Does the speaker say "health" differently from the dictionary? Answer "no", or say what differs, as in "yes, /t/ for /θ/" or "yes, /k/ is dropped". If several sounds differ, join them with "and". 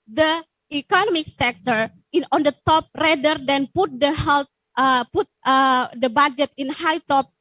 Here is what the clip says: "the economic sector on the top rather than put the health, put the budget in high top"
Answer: yes, /t/ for /θ/